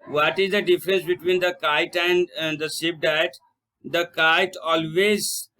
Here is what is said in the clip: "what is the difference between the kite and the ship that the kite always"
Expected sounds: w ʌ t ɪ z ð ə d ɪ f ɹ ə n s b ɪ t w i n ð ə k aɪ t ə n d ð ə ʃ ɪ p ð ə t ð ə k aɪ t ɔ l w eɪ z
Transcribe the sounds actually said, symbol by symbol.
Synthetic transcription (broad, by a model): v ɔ t ɪ z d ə d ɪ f ɹ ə n s b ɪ t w i n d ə k aɪ t ə n d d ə s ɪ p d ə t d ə k aɪ t ɔ l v eɪ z